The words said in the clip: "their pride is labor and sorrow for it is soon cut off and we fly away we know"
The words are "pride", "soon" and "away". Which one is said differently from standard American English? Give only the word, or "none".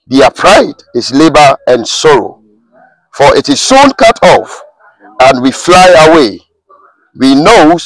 none